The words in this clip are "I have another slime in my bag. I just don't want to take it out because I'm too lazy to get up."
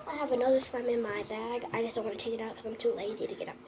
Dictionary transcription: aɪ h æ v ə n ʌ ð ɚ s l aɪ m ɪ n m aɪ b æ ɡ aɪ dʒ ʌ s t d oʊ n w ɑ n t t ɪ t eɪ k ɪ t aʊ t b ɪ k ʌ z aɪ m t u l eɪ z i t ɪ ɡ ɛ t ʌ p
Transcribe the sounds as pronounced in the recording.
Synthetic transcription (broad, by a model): aɪ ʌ v ə n ʌ ð ɚ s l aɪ m ɪ n m aɪ b æ ɡ aɪ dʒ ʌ s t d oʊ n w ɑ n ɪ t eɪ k ɪ t aʊ t k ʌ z aɪ m t u l eɪ z i t ɪ ɡ ɛ t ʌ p